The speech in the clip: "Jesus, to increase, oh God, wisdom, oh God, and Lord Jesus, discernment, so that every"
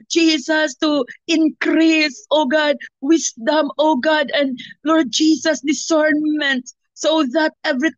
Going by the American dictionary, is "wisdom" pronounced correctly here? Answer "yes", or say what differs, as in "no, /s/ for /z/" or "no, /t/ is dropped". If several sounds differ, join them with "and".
no, /s/ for /z/